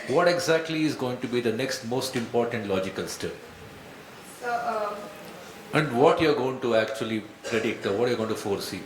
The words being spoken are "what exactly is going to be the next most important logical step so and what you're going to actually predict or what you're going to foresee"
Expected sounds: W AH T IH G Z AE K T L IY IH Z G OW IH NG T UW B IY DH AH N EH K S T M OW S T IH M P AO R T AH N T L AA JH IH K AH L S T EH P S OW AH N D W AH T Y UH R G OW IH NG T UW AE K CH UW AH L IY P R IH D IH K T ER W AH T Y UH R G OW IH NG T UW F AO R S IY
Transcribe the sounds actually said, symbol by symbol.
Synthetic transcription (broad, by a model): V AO T IH G Z AE K T L IY IH Z G OW IH NG T UW B IY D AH N EH K S T M OW S T IH M P AO R T AH N T L AA JH IH K AH L S T EH P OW AH N D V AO T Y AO R G OW IH NG T UW AE K CH UW AH L IY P R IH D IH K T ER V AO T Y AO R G OW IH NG T UW F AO R S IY